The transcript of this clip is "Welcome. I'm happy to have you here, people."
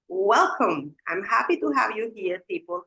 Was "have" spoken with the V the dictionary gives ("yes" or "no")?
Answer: yes